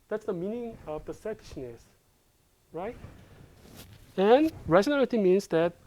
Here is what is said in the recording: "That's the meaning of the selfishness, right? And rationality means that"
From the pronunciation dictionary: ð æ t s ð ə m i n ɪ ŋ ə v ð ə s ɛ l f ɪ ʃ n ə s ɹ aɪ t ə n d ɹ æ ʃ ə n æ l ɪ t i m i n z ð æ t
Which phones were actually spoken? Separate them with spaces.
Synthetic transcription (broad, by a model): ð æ t s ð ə m i n ɪ ŋ ə v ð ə s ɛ f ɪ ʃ n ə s ɹ aɪ t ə n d ɹ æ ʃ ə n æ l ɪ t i m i n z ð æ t